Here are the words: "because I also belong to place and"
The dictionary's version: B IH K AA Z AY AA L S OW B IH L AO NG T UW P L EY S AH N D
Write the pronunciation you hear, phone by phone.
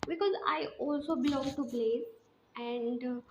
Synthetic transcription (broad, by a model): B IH K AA Z AY AA L S OW B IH L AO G T UW B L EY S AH N D